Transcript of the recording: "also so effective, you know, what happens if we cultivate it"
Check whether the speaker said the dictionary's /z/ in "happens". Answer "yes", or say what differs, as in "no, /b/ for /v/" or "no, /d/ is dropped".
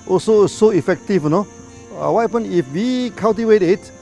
no, /z/ is dropped